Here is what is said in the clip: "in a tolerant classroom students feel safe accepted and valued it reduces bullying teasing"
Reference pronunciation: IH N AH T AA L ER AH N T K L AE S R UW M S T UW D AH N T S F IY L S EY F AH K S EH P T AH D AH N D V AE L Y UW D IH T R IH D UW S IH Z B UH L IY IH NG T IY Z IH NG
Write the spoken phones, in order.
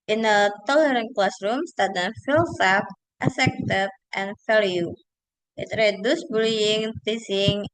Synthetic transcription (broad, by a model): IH N AH T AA L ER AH N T K L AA S R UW M S T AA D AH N F IY L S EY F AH S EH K T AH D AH N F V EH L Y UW IH T R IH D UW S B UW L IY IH NG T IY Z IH NG